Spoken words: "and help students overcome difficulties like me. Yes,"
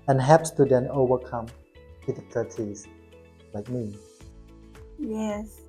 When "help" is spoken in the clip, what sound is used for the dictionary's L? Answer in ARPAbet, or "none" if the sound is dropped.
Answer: none